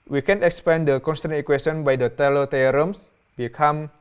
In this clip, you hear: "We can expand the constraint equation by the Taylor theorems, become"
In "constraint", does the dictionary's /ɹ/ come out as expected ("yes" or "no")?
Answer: no